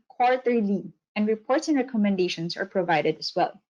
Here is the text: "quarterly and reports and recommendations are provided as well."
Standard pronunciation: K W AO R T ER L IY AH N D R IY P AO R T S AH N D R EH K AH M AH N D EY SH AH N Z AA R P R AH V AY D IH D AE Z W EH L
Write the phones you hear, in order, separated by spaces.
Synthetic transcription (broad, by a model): K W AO R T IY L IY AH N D R IY P AO R T S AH N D R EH K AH M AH N D EY SH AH N S AA R P R AH V AY D IH D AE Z W EH L